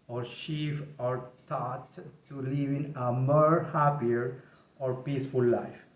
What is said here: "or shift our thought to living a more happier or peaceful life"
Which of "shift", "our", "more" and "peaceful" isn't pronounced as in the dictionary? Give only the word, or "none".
shift